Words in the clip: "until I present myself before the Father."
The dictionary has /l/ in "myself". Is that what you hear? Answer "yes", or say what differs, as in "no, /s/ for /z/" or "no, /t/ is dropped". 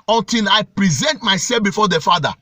no, /l/ is dropped